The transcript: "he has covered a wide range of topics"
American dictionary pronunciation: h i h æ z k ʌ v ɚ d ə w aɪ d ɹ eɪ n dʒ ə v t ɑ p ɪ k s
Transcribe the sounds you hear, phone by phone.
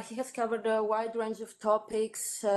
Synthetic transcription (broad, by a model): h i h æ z k ʌ v ɚ d ə w aɪ d ɹ eɪ n dʒ ə v t ɑ p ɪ k s